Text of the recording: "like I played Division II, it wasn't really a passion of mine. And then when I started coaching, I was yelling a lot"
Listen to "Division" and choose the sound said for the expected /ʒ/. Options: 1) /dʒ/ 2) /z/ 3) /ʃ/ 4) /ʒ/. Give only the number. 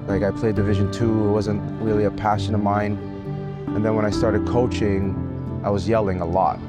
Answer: 4